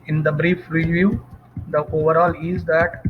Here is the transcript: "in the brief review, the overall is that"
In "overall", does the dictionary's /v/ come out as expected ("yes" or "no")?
yes